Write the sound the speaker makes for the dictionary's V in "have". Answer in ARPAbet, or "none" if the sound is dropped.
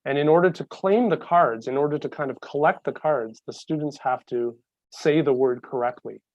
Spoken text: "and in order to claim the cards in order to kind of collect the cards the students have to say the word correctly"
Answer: F